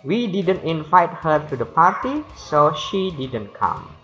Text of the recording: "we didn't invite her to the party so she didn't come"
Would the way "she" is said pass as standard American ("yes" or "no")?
yes